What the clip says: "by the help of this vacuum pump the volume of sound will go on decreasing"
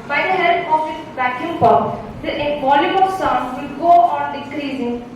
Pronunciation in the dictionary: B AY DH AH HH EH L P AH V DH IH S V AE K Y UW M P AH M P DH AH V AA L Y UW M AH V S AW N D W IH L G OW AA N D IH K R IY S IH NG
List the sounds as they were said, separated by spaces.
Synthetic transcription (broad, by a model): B AY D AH HH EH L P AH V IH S B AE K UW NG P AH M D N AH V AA L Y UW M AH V S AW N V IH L G OW AA N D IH K R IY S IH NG